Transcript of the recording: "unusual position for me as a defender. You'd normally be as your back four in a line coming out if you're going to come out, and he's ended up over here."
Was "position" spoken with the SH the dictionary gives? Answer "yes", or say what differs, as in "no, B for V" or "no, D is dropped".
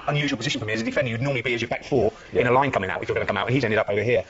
yes